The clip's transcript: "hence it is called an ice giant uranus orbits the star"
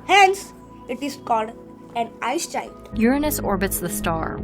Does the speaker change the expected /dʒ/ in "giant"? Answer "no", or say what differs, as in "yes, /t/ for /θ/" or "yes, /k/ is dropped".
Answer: yes, /tʃ/ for /dʒ/